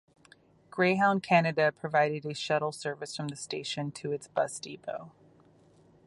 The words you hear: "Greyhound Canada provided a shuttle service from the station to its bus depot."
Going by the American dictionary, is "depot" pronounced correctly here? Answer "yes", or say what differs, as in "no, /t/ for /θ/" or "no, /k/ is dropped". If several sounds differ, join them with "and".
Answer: no, /b/ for /p/